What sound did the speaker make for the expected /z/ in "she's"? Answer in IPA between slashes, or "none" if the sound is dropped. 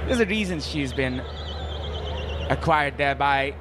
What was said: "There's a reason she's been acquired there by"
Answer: /z/